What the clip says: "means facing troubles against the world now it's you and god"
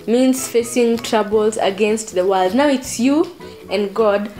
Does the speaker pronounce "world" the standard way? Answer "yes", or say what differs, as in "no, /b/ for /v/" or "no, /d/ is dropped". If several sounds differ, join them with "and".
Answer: yes